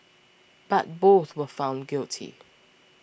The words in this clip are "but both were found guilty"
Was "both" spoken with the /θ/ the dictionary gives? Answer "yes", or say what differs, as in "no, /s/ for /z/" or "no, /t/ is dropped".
yes